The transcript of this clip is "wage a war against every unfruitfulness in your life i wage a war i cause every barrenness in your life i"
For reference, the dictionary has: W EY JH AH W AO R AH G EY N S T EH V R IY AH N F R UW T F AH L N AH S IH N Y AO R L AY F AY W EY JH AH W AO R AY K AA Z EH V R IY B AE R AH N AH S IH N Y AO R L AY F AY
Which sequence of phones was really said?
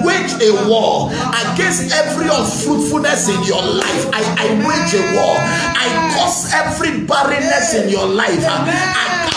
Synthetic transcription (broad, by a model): W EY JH AH W AO AH G EY N S T EH V R IY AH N F R UW T F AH L N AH S IH N Y AO L AY F AY W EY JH AH W AO AY K AA S EH V R IY B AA R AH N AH S IH N Y AO L AY F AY